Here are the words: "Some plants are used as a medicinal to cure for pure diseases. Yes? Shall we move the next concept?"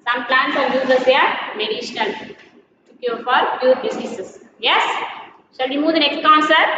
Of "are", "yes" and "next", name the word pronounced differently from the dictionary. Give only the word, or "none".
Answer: are